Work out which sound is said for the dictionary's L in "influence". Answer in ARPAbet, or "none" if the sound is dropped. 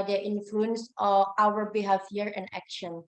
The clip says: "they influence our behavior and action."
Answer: L